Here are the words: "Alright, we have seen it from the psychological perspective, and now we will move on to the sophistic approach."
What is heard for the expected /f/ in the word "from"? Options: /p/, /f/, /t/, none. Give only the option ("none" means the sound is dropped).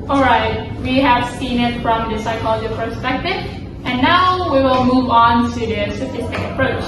/f/